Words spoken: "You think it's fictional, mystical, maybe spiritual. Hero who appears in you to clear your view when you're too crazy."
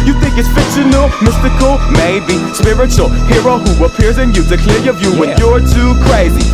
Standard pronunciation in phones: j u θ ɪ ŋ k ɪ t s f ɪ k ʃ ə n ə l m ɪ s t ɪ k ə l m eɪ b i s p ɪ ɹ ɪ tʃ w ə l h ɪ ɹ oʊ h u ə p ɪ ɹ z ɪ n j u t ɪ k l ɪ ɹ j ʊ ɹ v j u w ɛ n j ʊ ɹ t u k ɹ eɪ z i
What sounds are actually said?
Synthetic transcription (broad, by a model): j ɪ θ ɪ ŋ k ɪ t s f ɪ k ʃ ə n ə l m ɪ s t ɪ k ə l m eɪ b i s p ɪ ɹ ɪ tʃ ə l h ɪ ɹ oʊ h u ə p ɪ ɹ z ɪ n j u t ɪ k l ɪ ɹ j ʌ ɹ v j u w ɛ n j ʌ ɹ t u k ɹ eɪ z i